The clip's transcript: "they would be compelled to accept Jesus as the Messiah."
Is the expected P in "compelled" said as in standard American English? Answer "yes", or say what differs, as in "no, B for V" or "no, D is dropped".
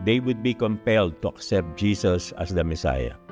yes